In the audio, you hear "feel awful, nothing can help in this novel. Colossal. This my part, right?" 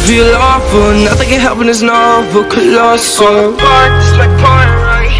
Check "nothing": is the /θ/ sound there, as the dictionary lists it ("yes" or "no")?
yes